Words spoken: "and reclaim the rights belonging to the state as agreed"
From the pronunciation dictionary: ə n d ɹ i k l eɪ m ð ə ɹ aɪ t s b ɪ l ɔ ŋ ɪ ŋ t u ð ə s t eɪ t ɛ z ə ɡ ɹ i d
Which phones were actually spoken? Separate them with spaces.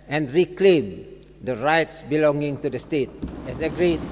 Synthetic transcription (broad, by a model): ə n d ɹ i k l eɪ m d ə ɹ aɪ t s b ɪ l ɔ ŋ ɪ ŋ t u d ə s t eɪ t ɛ s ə ɡ ɹ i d